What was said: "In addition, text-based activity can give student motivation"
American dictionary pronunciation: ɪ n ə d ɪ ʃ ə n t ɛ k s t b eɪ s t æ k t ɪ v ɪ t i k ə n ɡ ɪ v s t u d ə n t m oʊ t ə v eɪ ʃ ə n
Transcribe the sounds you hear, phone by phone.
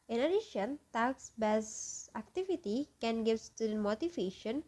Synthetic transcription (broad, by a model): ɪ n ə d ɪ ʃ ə n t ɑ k s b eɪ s æ k t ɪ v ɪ t i k ə n ɡ ɪ v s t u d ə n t m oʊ t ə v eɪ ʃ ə n